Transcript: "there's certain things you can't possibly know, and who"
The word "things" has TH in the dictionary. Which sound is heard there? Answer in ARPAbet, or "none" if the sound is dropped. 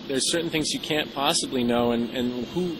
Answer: TH